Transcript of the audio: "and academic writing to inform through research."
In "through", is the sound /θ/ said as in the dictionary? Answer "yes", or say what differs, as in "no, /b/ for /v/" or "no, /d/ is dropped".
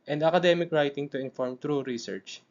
no, /t/ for /θ/